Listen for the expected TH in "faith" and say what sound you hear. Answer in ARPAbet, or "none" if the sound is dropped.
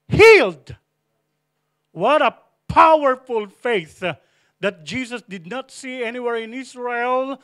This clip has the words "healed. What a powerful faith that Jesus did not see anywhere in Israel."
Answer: TH